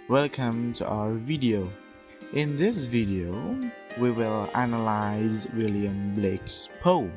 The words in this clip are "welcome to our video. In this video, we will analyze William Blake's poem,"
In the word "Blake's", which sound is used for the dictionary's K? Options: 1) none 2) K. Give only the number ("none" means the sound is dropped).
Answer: 2